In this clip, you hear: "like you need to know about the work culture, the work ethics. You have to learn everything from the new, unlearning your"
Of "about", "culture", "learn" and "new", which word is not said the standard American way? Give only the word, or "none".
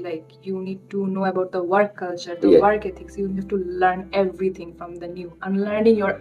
none